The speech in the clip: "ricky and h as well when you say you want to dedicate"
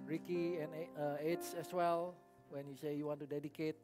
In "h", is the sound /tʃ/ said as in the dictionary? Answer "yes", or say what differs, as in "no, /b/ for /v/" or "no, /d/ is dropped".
no, /s/ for /tʃ/